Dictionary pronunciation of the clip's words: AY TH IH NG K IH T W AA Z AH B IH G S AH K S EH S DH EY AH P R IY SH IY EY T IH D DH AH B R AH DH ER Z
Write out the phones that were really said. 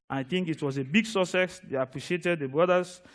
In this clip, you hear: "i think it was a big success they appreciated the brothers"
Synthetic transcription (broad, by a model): AY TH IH NG K IH T W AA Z AH B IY G S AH S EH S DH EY AH P R IY SH IY EY T IH D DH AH B R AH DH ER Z